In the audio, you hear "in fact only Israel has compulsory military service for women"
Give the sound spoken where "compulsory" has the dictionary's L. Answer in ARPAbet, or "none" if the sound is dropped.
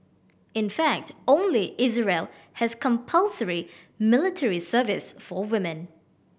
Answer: L